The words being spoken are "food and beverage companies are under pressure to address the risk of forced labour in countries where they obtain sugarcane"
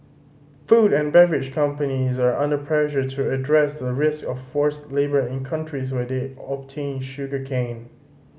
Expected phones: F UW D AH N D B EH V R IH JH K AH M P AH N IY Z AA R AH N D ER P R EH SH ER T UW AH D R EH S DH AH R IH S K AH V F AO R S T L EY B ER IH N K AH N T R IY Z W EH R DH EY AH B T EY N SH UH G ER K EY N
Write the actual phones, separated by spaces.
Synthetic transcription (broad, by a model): F UW D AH N B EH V R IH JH K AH M P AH N IY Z AA R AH N D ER P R EH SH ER T UW AH D R EH S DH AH R IH S K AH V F AO R S L EY B ER IH N K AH N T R IY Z W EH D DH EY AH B T EY N SH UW G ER K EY N